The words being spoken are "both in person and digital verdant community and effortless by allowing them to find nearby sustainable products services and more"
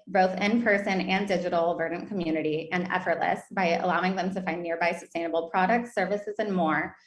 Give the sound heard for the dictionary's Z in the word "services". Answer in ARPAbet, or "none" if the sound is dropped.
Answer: Z